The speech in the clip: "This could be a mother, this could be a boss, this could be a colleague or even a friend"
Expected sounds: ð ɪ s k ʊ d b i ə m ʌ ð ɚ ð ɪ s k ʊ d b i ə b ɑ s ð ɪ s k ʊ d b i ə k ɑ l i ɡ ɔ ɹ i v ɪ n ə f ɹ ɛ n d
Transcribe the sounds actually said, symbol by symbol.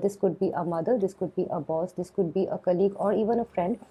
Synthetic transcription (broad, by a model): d ɪ s k ʊ d b i ə m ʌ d ɚ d ɪ s k ʊ d b i ə b ɑ s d ɪ s k ʊ d b i ə k ɑ l i ɡ ɔ ɹ i v ɪ n ə f ɹ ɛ n d